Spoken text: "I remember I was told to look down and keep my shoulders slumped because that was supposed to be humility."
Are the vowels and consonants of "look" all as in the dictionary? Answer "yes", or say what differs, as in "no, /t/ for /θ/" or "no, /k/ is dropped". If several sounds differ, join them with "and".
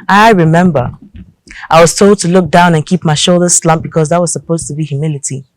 yes